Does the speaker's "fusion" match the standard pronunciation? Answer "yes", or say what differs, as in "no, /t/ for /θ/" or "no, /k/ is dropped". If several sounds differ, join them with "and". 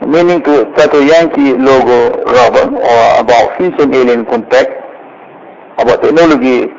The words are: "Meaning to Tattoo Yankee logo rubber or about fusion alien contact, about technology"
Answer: no, /s/ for /ʒ/